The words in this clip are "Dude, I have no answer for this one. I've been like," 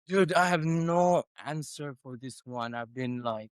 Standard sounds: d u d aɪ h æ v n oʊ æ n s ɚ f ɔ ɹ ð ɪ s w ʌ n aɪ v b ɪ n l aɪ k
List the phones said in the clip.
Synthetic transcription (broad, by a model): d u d aɪ h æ v n oʊ æ n s ɚ f ɔ ɹ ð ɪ s w ʌ n aɪ v b ɪ n l aɪ k